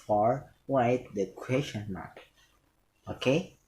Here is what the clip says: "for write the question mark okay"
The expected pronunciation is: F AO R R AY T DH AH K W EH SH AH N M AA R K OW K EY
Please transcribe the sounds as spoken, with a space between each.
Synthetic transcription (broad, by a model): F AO R W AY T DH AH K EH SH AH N M AA R K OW K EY